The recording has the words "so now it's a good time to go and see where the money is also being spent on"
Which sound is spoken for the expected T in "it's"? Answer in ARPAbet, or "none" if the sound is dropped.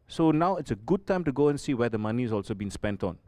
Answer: T